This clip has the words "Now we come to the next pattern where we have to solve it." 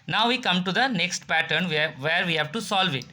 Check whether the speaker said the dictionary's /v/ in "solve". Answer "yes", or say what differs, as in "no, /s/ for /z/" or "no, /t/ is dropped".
yes